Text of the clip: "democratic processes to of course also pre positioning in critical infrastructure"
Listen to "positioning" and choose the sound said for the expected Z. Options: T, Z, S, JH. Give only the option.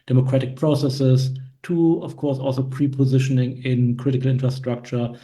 Z